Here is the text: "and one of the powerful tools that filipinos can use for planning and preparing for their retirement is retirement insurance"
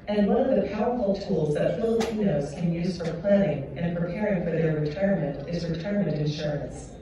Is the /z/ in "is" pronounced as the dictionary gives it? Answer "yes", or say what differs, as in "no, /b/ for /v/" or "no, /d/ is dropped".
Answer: yes